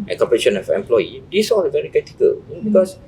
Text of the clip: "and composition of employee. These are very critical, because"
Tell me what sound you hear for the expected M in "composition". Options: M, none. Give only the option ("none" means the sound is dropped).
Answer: none